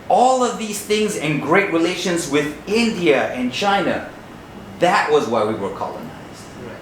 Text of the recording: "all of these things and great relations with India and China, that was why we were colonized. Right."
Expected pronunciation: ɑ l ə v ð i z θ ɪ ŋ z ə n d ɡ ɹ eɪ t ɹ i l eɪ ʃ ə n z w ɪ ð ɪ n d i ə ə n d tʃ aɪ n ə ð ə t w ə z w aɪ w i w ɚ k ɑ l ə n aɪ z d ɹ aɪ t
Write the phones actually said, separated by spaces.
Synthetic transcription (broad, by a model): ɑ l ə v ð i z θ ɪ ŋ z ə n ɡ ɹ eɪ t ɹ i l eɪ ʃ ə n z w ɪ ð ɪ n d i ə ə n tʃ aɪ n ə ð ə t w ə z w aɪ w i w ɚ k ɑ l ə n aɪ z d